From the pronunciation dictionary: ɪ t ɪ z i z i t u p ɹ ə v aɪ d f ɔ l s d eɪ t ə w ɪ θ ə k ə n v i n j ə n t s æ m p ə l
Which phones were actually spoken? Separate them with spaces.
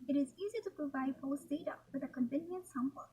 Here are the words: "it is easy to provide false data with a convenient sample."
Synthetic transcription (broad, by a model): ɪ t ɪ z i z i t u p ɹ ə v aɪ d p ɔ s d eɪ t ə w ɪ ə k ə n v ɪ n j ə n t s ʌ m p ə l